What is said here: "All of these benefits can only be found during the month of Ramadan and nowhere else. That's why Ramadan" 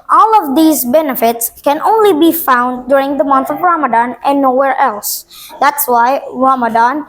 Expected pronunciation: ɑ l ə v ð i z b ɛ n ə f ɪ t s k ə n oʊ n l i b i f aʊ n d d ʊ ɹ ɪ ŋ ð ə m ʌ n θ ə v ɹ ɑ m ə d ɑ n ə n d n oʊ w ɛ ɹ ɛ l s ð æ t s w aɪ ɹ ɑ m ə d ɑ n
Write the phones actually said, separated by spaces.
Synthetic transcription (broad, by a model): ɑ l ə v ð i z b ɛ n ə f ɪ t s k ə n oʊ n l i b i f aʊ n d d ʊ ɹ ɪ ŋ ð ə m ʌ n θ ə v ɹ ɑ m ə d ɑ n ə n n oʊ w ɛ ɹ ɛ l s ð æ t s w aɪ ɹ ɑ m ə d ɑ n